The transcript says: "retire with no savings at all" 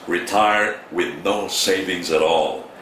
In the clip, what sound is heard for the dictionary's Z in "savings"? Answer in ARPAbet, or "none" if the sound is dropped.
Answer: Z